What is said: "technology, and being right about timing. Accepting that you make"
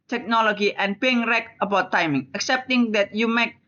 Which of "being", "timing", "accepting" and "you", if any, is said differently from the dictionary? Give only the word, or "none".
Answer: none